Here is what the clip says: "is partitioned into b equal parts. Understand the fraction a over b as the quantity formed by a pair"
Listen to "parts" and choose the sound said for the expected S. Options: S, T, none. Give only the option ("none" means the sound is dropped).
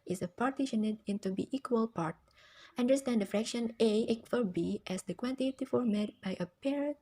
none